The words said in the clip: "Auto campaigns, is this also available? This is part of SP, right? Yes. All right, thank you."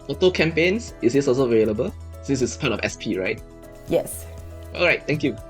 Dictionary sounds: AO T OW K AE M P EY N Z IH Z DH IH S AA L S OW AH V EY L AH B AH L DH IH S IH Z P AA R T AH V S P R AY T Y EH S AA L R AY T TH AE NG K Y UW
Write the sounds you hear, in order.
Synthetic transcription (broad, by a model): AO T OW K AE M P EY N S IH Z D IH S AA L S OW AH V EY L AH B AH L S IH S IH S P AA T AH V S P R AY T Y EH S AA L R AY T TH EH NG K Y UW